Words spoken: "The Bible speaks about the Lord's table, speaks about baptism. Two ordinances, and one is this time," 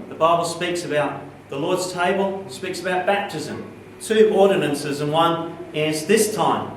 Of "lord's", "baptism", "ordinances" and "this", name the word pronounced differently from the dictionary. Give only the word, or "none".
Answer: none